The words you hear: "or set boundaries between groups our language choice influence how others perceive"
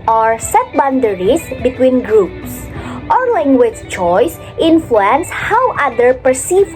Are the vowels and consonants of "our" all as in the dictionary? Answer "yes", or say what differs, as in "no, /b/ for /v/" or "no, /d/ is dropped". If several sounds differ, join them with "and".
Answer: yes